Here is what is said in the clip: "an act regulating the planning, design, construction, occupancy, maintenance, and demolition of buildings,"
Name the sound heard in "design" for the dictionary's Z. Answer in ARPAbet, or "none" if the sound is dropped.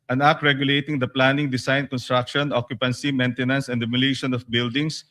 S